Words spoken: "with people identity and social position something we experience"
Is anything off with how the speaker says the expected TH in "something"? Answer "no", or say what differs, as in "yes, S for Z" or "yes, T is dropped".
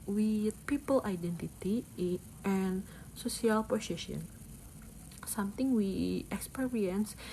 yes, T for TH